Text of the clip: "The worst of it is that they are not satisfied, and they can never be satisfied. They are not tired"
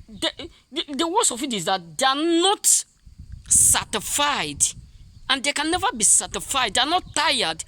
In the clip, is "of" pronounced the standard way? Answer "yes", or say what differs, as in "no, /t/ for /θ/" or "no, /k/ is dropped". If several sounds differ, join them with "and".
no, /f/ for /v/